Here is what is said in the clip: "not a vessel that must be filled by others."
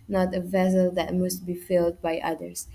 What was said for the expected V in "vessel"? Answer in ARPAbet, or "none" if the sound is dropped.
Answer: V